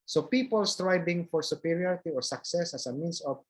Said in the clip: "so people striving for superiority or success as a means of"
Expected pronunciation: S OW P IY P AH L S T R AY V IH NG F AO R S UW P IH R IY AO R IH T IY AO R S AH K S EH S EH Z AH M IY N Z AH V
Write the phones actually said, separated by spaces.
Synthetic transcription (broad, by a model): S OW P IY P AH L S T R AY B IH NG F AO R S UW P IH R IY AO R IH T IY AO R S AH K S EH S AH S AH M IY N S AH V